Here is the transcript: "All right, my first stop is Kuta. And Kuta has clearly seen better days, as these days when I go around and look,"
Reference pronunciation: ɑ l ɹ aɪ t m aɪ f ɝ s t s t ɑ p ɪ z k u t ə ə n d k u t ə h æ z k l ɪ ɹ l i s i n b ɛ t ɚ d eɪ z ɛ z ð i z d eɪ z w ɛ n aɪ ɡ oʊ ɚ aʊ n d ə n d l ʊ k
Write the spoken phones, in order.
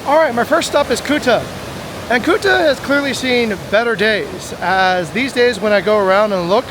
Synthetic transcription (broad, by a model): ɑ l ɹ aɪ t m aɪ f ɝ s t s t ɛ p ɪ z k u t ə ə n k u t ə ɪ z k l ɪ ɹ l i s i n b ɛ t ɚ d eɪ z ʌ z ð i z d eɪ z w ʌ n aɪ ɡ oʊ ɚ aʊ n d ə n l ʊ k